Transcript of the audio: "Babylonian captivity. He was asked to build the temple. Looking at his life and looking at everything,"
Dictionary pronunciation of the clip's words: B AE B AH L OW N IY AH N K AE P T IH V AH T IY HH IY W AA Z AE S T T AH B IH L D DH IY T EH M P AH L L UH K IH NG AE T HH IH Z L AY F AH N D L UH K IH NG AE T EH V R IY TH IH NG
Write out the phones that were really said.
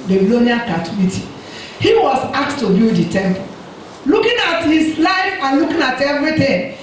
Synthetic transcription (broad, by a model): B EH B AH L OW N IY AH K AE T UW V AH T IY HH IY W AA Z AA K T T AH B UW D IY T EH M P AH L L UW K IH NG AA T HH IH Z L AY F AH N L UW K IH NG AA T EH V R IY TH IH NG